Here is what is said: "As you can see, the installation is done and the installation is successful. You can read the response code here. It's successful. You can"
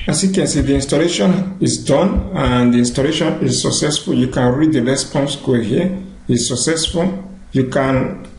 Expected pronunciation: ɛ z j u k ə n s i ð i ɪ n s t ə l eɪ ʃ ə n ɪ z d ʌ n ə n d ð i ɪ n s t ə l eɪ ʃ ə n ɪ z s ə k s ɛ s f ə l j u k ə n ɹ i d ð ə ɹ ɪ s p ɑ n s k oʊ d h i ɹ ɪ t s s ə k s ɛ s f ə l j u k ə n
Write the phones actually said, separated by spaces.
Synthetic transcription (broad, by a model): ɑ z j u k ə n s i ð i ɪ n s t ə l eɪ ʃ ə n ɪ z d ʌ n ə n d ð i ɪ n s t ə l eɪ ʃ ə n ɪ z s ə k s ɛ s f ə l j u k ə n ɹ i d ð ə l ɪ s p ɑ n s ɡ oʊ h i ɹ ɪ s s ə k s ɛ s f ə l j u k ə n